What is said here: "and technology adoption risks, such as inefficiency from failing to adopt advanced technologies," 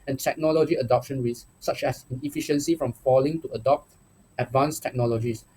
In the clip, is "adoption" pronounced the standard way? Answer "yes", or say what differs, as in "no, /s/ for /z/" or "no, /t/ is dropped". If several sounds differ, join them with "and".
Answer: yes